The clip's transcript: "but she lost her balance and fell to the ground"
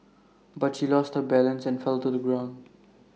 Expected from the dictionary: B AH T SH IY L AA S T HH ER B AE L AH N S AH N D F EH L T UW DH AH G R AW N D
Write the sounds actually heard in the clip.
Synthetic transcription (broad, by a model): B AH T SH IY L AA S T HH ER B AE L AH N S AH N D F EH L T UW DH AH G R AW N D